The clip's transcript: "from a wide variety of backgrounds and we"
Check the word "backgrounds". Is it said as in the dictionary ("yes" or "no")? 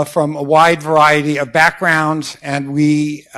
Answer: yes